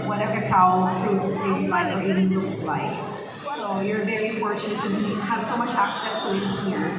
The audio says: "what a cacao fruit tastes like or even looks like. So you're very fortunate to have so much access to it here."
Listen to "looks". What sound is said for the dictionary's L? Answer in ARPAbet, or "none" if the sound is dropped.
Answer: N